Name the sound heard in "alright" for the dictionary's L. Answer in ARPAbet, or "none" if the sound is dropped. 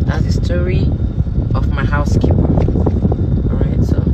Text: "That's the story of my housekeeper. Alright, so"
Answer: none